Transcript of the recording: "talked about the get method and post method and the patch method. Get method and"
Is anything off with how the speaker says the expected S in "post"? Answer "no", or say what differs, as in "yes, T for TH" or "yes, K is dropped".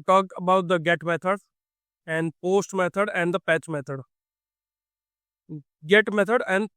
no